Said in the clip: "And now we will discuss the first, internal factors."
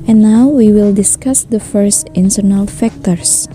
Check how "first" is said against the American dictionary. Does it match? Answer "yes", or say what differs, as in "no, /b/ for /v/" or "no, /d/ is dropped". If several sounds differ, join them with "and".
yes